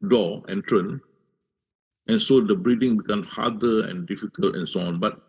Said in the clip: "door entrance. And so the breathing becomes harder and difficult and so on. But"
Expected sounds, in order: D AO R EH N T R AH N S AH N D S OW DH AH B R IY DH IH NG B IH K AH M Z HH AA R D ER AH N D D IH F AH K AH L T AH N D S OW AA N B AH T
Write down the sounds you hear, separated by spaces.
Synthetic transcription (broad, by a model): D AO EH N T R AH N AH N S OW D AH B R IY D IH NG B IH K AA M S HH AA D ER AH N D D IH F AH K AH L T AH N S OW AA N B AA T